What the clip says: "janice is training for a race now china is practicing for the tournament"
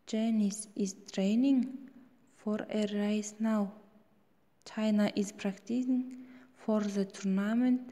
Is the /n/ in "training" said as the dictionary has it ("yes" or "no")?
yes